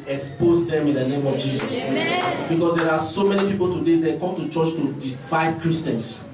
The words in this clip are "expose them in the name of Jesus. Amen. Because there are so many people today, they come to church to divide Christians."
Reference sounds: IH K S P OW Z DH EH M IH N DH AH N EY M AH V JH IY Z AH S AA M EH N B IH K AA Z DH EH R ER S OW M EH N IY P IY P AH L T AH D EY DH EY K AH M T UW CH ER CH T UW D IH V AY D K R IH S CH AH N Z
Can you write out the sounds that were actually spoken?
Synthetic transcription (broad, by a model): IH K S P OW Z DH EH M IH N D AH N EY M AH V JH IY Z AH S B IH K AA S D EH R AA S OW M EH N IY P IY P AH L T AH D EY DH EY K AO M T UW CH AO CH T UW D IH F AY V K R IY S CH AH N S